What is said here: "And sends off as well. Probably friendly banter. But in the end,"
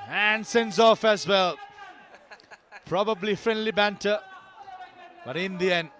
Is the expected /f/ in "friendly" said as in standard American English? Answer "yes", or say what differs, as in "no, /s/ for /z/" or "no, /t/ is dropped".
yes